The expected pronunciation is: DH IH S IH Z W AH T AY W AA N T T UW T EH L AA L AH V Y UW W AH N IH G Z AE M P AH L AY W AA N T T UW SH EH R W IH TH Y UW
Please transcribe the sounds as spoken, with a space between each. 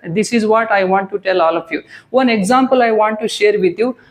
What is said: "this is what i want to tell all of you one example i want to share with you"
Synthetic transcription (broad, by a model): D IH S IH Z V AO T AY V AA N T T UW T EH L AA L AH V Y UW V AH N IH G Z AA M P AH L AY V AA N T T UW SH EH R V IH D Y UW